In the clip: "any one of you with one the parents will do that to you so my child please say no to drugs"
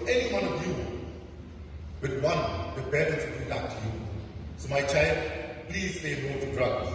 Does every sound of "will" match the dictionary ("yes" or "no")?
no